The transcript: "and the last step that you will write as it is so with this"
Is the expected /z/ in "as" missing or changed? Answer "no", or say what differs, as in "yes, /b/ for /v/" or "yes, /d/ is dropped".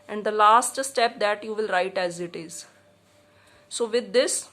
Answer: no